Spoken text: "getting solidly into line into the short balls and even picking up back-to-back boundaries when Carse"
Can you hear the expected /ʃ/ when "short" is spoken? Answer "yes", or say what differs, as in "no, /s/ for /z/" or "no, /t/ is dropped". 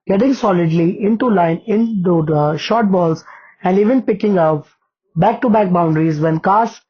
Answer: yes